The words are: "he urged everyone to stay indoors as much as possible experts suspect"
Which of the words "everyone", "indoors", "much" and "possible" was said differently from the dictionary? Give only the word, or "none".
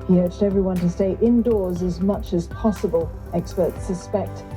none